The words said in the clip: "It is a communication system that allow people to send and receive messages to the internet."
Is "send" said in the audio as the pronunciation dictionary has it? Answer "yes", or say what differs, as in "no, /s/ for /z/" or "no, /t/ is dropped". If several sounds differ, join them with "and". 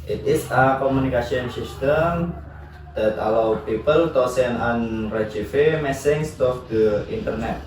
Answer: no, /d/ is dropped